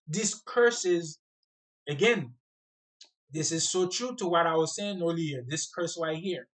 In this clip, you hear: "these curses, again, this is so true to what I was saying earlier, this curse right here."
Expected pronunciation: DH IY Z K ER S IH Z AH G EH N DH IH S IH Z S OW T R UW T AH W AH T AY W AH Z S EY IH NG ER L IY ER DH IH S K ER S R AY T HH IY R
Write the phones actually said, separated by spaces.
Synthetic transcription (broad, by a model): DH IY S K ER S IH Z AH G EH N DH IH S IH Z S OW T R UW T AH W AH T AY W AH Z S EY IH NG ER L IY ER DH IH S K ER S W AY HH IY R